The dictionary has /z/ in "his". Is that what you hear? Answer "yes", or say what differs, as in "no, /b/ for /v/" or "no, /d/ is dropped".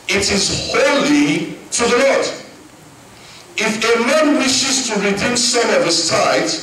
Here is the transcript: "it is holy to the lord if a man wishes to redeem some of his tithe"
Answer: no, /s/ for /z/